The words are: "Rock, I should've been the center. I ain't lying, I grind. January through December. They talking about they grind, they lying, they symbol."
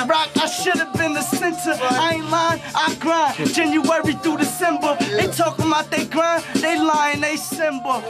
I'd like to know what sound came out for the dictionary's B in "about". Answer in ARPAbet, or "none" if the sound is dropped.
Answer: none